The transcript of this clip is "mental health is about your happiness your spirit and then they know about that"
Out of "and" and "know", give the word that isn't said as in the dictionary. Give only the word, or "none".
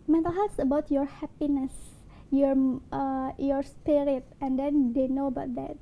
none